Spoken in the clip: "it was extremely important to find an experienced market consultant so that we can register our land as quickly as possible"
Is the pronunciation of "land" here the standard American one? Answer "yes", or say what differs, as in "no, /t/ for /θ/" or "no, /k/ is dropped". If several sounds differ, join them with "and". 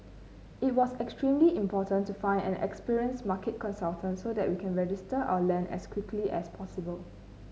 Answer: no, /d/ is dropped